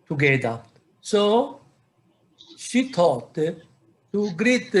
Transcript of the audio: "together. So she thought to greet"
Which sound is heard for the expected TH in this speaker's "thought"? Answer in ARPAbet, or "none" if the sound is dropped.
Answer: T